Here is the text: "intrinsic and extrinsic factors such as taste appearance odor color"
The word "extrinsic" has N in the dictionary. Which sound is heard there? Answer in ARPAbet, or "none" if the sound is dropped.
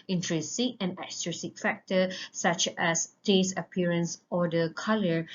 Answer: none